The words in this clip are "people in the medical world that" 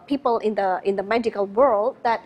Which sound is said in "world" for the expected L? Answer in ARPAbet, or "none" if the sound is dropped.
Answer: L